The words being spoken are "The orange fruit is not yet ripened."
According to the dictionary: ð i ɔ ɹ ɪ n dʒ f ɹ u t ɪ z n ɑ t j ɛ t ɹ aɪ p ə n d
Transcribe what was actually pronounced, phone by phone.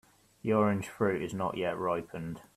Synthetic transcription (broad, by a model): ð i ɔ ɹ ɪ n ʒ f ɹ u t ɪ z n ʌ t j ɛ t ɹ aɪ p ə n d